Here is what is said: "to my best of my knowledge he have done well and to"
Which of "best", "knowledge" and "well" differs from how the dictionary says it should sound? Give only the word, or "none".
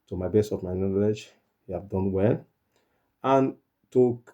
best